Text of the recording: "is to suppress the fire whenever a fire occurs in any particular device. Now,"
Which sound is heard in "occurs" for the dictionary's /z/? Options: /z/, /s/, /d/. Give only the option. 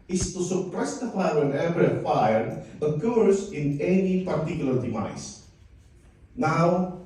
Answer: /s/